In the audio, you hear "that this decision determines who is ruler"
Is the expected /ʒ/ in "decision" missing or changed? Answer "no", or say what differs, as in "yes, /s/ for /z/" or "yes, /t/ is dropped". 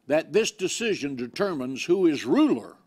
no